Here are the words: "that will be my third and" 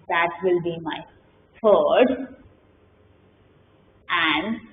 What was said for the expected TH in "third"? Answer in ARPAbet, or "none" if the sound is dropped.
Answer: F